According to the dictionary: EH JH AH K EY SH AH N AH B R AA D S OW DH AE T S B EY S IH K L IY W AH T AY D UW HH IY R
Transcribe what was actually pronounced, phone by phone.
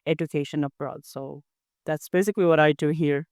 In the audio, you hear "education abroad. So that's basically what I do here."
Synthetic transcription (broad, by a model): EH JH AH K EY SH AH N AH B R AA D S OW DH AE T S B EY S IH K L IY W AH T AY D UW HH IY R